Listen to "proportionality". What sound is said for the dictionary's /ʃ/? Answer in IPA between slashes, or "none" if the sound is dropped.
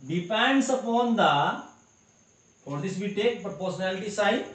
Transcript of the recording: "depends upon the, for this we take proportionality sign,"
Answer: /s/